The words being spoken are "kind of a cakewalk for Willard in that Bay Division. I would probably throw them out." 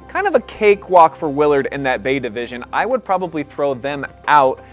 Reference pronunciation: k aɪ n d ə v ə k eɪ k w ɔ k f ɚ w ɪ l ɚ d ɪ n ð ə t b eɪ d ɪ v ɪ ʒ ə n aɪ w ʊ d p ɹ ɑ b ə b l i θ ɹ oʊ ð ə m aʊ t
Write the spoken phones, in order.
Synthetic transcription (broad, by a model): k aɪ n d ə v ə k eɪ k w ɔ k f ɚ w ɪ l ɚ d ɪ n ð ə t b eɪ d ɪ v ɪ ʒ ə n aɪ w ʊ d p ɹ ɑ b ə b l i θ ɹ oʊ ð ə m aʊ t